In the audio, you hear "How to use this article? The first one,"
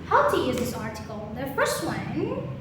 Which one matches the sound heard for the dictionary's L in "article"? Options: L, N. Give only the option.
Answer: N